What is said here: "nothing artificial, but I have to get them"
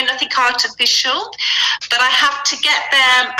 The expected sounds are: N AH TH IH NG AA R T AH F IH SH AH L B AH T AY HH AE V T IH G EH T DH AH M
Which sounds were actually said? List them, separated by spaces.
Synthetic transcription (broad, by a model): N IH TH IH NG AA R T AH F IH SH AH L B AH T AY HH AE F T IH G EH T DH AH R